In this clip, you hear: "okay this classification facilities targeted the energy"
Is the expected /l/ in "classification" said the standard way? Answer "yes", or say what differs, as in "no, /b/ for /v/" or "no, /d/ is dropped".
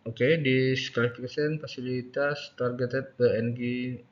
no, /l/ is dropped